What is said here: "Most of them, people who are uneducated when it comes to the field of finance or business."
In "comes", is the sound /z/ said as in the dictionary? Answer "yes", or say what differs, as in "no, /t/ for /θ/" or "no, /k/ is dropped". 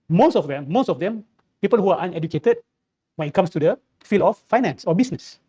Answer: no, /s/ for /z/